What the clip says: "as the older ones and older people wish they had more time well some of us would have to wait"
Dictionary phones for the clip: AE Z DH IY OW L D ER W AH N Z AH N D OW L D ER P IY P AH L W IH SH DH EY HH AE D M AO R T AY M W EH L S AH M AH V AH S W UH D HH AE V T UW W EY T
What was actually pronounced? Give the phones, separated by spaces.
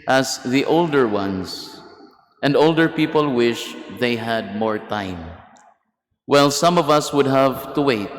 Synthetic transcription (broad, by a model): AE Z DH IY OW L D ER W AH N S AH N D OW L D ER P IY P AH L W IH SH DH EY HH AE D M AO R T AY M W EH L S AH M AH V AH S W UH D HH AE V T UW W EY T